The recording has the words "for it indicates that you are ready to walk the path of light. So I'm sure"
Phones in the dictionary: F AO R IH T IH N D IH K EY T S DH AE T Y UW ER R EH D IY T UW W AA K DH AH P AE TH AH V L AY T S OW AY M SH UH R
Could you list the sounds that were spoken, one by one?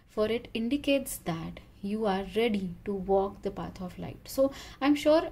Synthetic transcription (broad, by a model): F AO R IH T IH N D IH K EY T S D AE T Y UW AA R EH D IY T UW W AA K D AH P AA T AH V L AY T S OW AY M SH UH R